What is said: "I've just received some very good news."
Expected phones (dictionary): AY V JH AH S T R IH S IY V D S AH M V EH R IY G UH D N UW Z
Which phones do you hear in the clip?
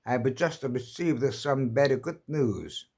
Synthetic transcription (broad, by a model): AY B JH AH S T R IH S IY V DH S AH M B EH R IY G UH D N UW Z